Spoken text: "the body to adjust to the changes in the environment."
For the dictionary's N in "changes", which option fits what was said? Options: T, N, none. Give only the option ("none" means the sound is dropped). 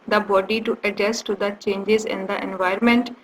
N